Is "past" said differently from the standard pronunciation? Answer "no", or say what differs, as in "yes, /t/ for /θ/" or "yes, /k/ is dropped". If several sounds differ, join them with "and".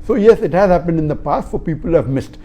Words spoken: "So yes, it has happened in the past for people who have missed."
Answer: no